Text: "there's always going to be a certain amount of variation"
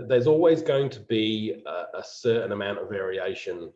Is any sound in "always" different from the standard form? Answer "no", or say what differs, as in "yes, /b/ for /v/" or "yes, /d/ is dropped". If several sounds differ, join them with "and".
no